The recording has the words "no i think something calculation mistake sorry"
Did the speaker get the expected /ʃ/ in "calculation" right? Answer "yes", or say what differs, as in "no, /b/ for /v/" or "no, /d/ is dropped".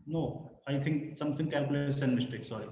no, /s/ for /ʃ/